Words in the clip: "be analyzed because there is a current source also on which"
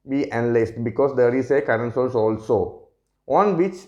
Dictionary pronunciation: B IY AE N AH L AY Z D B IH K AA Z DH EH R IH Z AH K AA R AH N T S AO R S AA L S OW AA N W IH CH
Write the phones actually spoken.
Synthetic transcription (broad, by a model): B IY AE N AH L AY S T B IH K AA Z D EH R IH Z AH K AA R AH N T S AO L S AA L S OW AA N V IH CH